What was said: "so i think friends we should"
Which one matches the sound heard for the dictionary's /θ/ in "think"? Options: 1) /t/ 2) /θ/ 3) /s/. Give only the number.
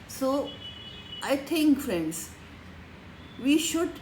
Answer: 1